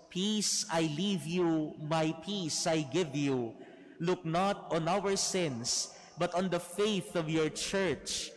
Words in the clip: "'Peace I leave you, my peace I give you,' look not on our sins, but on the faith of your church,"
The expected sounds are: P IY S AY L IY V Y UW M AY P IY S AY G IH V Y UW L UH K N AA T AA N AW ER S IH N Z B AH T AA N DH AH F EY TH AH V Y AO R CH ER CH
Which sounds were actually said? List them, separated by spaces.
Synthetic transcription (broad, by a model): P IY S AY L IY V Y UW M AY P IY S AY G IH V Y UW L UH K N AA T AA N AW ER S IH N S B AH T AA N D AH F EY TH AH V Y AO R CH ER CH